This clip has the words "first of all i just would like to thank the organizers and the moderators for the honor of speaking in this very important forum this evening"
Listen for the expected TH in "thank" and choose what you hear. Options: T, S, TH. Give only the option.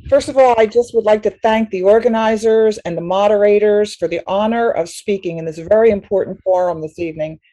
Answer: TH